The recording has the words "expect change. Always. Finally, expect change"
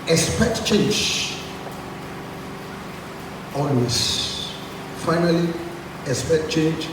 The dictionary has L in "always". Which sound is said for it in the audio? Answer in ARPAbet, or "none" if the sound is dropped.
N